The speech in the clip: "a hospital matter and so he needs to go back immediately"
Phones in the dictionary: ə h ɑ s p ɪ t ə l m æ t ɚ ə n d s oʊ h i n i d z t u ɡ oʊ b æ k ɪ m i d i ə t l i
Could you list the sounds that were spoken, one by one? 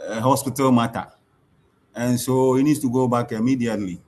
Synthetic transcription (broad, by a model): h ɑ s p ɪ t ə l m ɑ t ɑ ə n s oʊ h i n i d s t u ɡ oʊ b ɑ k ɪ m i d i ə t l i